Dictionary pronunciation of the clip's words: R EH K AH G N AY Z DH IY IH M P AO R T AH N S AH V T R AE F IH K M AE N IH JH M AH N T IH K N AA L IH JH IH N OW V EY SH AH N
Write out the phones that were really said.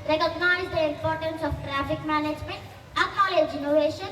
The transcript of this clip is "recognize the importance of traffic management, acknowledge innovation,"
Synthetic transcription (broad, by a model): R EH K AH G N AY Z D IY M P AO R T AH N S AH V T R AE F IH K M AE N IH JH M AH N T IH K AA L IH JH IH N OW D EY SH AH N